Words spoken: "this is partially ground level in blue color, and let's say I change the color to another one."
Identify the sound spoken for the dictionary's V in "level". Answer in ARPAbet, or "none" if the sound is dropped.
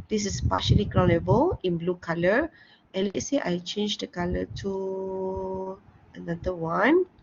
B